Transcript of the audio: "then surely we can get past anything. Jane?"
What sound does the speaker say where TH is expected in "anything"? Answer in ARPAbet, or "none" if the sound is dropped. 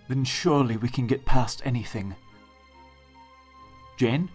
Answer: TH